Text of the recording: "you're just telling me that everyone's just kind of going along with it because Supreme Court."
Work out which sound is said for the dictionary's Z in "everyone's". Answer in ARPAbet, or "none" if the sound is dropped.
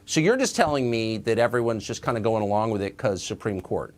Z